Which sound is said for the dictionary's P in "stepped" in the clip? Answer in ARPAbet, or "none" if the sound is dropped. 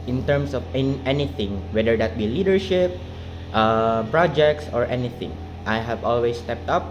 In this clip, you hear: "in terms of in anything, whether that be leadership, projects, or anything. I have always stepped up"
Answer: P